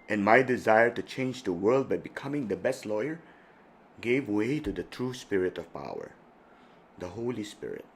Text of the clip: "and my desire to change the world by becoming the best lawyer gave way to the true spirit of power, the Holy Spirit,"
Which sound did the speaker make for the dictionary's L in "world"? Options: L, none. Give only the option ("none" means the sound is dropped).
L